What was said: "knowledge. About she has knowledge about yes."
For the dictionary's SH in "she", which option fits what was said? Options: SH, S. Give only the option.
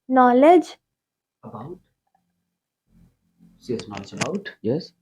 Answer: S